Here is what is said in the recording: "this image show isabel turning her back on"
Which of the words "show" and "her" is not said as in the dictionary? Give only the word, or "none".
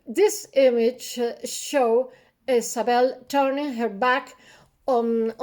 none